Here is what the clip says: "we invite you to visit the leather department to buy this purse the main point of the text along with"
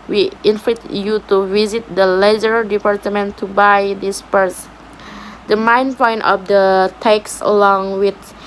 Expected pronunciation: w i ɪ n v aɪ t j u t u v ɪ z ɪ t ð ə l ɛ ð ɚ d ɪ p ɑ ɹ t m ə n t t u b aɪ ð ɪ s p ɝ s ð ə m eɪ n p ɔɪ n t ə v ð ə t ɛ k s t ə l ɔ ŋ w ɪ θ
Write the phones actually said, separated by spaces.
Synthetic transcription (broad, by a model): w i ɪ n f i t j u t u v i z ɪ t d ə l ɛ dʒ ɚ d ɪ p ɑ ɹ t m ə n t t u b aɪ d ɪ s p ɝ s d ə m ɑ n p ɔɪ n t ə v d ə t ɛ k s ə l ɔ ŋ w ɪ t